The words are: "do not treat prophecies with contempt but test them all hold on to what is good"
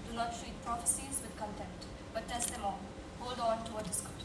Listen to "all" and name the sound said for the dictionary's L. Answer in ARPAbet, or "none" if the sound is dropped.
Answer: N